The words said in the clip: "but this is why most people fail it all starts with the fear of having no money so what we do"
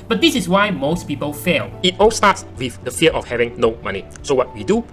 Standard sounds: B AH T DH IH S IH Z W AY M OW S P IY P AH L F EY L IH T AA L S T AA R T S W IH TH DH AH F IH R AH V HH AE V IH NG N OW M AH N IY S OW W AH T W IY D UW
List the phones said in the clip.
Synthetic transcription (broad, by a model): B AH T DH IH S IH S W AY M OW S P IY P AH L F EY L IH T AA L S T AA T S W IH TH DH AH F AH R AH F HH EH V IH NG N OW M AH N IY S OW W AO T W IY D UW